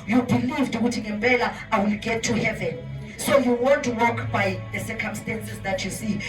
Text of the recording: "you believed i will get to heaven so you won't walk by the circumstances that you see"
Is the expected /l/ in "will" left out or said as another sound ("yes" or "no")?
no